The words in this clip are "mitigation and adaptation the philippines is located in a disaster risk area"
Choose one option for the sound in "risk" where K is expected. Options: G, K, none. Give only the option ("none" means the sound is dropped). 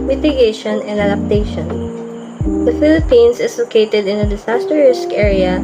K